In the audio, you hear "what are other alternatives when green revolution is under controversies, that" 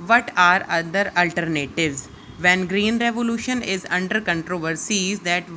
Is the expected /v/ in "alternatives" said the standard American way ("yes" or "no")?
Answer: yes